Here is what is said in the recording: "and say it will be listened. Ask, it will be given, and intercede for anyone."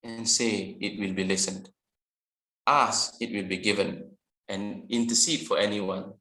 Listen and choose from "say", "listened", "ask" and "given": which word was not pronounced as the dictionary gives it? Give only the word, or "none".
ask